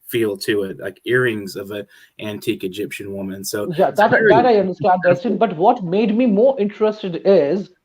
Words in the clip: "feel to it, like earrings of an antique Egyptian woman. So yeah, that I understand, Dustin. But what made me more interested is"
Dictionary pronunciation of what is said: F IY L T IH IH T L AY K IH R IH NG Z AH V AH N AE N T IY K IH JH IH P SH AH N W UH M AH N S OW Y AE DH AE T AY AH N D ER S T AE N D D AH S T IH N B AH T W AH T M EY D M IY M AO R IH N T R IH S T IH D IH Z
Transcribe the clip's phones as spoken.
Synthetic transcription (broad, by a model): F IY L T IH IH T L AY K IH R IH NG Z AH V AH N AE N T IY K IH JH IH P SH AH N W UH M AH N S OW Y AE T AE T AY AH N D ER S T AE N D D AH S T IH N B AH T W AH T M EY D M IY M AO R IH N T R IH S T IH D IH Z